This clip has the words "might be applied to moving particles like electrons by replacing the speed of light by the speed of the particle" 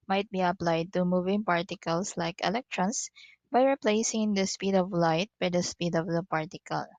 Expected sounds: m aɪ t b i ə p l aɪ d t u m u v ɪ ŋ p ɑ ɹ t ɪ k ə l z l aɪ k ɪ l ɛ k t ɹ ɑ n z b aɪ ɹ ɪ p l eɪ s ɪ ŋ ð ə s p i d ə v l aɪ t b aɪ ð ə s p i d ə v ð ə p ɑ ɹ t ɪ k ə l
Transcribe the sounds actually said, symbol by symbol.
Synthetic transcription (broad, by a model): m aɪ t b i ə p l aɪ d t u m u v ɪ ŋ p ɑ ɹ t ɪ k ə l s l aɪ k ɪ l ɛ k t ɹ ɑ n s b aɪ ɹ ɪ p l eɪ s ɪ ŋ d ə s p i d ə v l aɪ t b aɪ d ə s p i d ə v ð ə p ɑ ɹ t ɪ k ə l